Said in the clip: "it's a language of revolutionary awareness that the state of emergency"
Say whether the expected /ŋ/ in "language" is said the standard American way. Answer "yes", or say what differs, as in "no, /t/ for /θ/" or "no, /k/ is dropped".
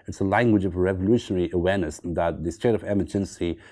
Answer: yes